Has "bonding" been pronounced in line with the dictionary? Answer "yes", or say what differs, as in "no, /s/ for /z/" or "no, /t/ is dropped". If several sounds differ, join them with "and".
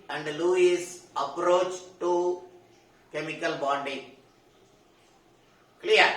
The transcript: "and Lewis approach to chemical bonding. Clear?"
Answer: no, /n/ is dropped